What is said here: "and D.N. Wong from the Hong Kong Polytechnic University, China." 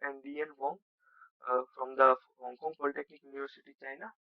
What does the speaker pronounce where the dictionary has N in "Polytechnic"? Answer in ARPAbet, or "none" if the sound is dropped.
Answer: none